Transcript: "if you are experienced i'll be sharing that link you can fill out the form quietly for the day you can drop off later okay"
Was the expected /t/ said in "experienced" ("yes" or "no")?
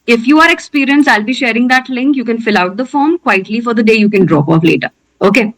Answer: no